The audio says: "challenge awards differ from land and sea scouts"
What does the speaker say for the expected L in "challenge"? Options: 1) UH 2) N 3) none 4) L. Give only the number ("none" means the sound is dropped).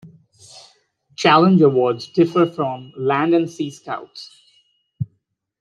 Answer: 4